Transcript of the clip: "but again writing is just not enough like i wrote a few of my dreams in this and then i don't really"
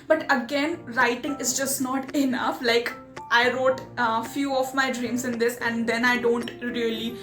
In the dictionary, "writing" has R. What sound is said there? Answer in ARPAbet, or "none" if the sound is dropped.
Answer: R